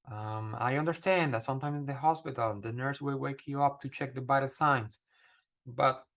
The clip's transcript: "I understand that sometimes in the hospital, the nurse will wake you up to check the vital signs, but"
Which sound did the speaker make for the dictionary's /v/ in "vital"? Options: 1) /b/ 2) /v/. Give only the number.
1